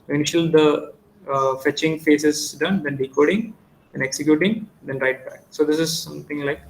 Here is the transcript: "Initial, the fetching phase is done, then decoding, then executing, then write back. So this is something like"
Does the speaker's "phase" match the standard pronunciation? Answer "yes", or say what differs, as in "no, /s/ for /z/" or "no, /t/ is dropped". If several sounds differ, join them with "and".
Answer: no, /s/ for /z/